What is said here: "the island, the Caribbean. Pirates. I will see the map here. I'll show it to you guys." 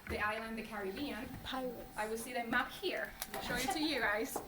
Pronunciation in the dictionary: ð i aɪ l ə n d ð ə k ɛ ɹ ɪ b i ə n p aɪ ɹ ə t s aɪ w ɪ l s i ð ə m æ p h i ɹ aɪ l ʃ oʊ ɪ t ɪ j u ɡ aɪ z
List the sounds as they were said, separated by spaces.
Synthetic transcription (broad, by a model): ð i aɪ l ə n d ð ə k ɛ ɹ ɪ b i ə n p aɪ w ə t aɪ w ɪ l s i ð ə m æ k h i ɹ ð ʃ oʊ ɪ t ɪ j u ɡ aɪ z